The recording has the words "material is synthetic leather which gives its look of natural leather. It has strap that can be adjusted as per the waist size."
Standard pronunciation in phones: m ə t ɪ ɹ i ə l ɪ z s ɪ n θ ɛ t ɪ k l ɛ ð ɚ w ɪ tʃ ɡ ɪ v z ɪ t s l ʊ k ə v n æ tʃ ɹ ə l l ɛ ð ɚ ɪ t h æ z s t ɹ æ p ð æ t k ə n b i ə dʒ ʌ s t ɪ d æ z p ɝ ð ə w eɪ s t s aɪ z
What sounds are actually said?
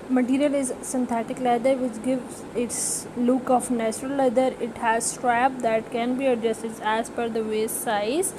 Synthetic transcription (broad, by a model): m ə t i ɹ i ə l ɪ z s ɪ n t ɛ t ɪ k l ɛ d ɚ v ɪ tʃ ɡ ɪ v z ɪ t s l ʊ k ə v n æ tʃ ɹ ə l l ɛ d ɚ ɪ t h æ z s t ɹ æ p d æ t k ə n b i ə dʒ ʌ s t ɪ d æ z f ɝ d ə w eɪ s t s aɪ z